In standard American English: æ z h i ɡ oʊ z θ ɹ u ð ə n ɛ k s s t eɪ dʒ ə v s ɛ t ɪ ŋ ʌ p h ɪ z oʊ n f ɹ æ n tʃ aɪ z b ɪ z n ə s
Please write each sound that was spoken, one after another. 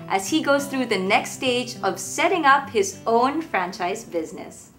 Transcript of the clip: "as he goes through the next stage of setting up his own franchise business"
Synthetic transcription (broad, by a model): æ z h i ɡ oʊ z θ ɹ u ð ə n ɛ k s s t eɪ dʒ ə v s ɛ t ɪ ŋ ʌ p h ɪ z oʊ n f ɹ æ n tʃ aɪ z b ɪ z n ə s